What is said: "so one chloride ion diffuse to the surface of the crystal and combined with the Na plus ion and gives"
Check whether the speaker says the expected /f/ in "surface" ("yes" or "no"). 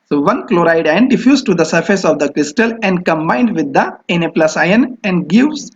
yes